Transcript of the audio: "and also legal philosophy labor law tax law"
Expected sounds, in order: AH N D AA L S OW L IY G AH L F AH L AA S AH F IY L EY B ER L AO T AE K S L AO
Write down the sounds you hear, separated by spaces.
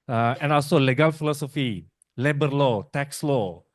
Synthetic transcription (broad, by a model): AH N AA L S OW L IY G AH L F AH L AA S AH F IY L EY B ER L AO T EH K S L AO